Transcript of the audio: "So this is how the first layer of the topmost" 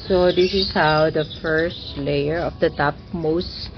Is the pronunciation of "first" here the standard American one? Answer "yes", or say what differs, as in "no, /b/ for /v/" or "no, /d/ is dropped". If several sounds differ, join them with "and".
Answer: yes